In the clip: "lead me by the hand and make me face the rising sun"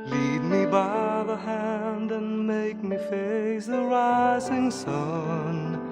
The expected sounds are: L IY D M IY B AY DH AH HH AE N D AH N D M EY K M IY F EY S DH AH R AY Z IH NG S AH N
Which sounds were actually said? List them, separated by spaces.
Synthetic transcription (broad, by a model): L IY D M IY B AY DH AH HH AE N D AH N M EY K M IY F EY S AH R AY Z IH NG S AH N